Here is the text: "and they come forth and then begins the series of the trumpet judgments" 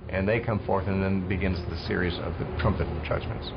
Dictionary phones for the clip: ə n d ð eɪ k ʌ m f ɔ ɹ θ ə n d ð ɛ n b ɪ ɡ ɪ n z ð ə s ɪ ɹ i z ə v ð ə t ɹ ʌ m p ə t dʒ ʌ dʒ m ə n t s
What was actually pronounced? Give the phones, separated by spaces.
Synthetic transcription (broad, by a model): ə n ð eɪ k ʌ m f ɔ ɹ θ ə n ð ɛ n b ɪ ɡ ɪ n z ð ə s ɪ ɹ i z ə v ð ə t ɹ ʌ m p ə t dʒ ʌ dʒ m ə n t s